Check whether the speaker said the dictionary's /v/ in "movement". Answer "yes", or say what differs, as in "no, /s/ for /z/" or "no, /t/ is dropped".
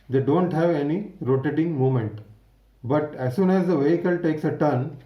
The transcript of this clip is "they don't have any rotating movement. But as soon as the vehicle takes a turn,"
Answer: no, /v/ is dropped